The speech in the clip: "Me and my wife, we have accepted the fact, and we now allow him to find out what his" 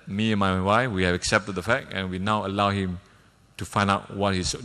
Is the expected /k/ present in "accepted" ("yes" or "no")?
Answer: yes